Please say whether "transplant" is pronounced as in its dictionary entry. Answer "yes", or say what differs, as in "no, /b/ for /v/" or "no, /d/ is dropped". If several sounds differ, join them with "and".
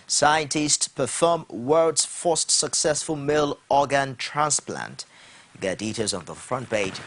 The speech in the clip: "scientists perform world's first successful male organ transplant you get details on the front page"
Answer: yes